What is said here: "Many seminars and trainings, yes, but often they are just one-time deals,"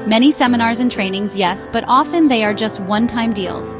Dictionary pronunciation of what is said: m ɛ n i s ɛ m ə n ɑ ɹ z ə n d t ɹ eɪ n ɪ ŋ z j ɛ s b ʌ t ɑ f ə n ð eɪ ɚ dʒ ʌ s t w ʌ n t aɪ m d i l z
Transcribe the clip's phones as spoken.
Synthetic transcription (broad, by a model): m ɛ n i s ɛ m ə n ɑ ɹ z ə n t ɹ eɪ n ɪ ŋ z j ɛ s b ʌ t ɑ f ə n ð eɪ ɚ dʒ ʌ s t w ʌ n t aɪ m d i l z